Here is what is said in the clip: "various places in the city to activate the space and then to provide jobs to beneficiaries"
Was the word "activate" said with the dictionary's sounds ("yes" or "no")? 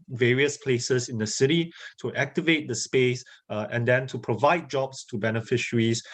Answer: yes